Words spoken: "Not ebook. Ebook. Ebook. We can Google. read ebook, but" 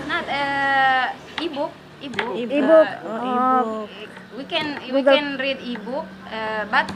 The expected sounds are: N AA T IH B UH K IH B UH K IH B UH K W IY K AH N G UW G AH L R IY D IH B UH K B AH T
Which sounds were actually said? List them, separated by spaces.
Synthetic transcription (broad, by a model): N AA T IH B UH K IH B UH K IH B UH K W IY K AH N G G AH N R IY D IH B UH K B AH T